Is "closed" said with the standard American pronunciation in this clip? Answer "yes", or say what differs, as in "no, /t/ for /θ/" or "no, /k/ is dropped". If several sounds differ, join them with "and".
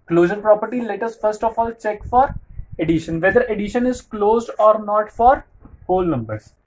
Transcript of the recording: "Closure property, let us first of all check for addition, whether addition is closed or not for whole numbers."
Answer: yes